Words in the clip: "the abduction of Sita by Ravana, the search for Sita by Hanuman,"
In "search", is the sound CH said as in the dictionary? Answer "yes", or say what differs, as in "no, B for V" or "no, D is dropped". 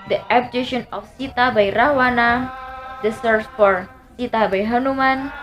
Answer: no, S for CH